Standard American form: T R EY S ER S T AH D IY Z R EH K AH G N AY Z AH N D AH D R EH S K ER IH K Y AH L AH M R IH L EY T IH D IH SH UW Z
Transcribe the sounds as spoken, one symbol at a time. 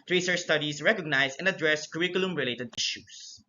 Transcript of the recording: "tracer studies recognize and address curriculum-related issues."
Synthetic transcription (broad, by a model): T R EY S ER S T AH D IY S R EH K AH G N AY S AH N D AH D R EH S K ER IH K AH L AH M R IH L EY T IH D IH SH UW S